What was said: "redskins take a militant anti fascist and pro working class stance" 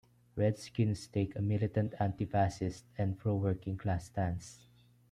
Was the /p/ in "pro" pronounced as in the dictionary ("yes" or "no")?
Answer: no